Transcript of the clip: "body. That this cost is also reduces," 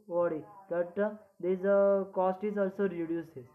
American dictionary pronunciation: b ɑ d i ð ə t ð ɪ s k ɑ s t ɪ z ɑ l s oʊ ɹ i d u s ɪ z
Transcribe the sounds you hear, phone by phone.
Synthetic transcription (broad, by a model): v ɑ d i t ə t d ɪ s k ɑ s t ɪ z ɑ l s oʊ ɹ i d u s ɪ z